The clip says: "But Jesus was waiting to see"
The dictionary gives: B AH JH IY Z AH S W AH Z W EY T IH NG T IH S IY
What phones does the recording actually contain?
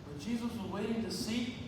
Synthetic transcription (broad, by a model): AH JH IY Z AH S W AH Z W EY T IH NG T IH S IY